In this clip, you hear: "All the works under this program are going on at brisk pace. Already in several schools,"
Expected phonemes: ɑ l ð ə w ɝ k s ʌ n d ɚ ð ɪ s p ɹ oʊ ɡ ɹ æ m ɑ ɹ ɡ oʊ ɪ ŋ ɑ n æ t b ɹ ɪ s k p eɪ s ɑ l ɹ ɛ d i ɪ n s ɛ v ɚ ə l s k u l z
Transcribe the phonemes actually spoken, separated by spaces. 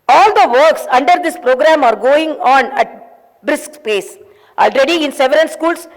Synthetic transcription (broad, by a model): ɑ l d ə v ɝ k s ʌ n d ɚ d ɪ s p ɹ oʊ ɡ ɹ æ m ɑ ɹ ɡ oʊ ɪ ŋ ɑ n æ t b ɹ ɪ s k p eɪ s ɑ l ɹ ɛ d i ɪ n s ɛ v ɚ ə n s k u l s